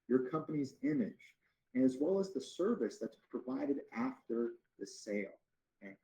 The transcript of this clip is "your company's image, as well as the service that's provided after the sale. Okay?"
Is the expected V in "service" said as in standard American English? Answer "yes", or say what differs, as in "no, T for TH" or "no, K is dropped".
yes